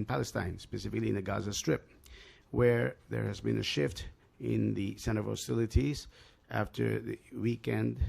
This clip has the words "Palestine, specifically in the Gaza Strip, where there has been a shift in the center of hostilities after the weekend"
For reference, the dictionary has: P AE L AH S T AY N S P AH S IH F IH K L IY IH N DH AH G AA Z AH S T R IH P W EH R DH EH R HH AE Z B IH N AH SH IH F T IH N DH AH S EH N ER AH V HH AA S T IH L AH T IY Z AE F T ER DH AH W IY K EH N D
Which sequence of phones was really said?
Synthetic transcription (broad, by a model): P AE L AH S T AY N S P AH S IH F IH K L IY IH N DH AH G AA Z AH S T R IH P W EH R DH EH R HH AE Z B IH N AH SH IH F T IH N DH AH S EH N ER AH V HH AA S T IH L AH T IY Z AE F T ER DH AH W IY K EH N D